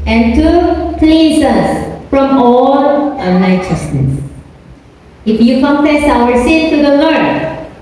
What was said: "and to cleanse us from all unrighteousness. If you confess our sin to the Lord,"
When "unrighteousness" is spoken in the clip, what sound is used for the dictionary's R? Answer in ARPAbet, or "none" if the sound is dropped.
none